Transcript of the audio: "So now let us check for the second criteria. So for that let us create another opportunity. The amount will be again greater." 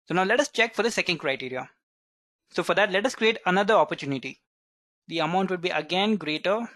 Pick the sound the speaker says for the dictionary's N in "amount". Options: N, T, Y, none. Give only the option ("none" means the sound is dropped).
N